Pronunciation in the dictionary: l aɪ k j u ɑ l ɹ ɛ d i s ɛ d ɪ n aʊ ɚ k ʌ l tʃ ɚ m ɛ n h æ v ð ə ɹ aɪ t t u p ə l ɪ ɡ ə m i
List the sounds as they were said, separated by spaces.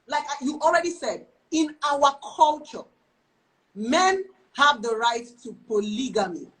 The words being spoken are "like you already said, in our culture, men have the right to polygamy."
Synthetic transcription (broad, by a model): l aɪ k j u ɑ l ɹ ɛ d i s ɛ d ɪ n aʊ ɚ k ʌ l tʃ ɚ m ɛ n h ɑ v ð ə ɹ aɪ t t u p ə l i ɡ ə m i